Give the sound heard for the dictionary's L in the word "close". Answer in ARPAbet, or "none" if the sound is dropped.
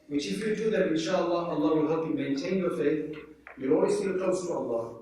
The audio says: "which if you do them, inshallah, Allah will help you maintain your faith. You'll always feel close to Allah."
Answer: none